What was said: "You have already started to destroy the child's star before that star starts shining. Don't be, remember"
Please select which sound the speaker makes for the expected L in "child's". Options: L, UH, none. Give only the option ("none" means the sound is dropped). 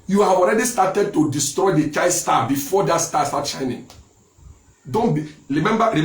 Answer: none